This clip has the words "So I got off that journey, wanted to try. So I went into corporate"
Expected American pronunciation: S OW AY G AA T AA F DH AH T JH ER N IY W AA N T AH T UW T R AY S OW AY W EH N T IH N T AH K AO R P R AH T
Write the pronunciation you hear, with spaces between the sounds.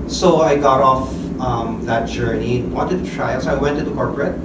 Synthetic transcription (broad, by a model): S OW AY G AA T AA F DH AH T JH ER N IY W AA N T AH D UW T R AY S OW AY W EH N T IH T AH K AO R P R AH T